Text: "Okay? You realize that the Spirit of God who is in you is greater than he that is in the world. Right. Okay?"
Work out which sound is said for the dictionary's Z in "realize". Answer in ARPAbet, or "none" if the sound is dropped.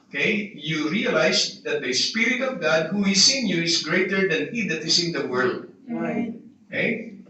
S